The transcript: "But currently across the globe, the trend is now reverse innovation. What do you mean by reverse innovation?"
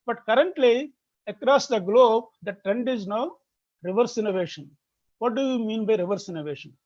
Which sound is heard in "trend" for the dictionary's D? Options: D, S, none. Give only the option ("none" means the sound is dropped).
D